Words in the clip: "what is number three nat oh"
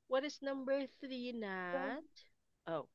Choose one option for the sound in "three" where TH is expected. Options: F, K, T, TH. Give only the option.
TH